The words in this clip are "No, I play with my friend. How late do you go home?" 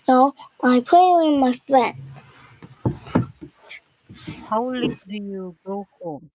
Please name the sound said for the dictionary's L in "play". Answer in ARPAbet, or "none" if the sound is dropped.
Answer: none